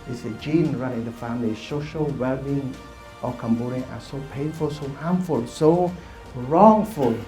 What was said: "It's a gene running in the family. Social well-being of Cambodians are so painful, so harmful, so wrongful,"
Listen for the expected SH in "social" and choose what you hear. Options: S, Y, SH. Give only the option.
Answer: SH